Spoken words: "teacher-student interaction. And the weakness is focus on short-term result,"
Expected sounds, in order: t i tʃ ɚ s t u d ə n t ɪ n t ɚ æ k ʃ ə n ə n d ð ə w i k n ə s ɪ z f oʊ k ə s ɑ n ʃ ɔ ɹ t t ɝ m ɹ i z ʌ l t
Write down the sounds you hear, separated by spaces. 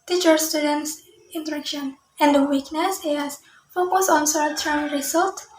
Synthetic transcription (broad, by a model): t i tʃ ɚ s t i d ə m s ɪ n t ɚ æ k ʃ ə n ə n d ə w i k n ə s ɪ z f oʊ k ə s ɑ n s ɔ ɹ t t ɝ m ɹ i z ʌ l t